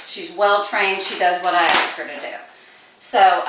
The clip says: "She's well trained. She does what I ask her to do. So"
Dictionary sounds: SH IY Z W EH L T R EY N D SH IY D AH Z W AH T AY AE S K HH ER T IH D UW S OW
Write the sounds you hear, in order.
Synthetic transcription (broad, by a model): SH IY Z W EH L T R EY N D SH IY D AH Z W AH T AY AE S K HH ER T IH D UW S OW